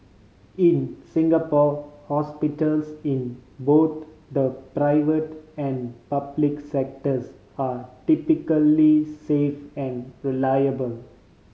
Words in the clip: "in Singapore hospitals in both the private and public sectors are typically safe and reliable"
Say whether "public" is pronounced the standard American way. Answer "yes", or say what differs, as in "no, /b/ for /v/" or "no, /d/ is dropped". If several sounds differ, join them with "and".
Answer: yes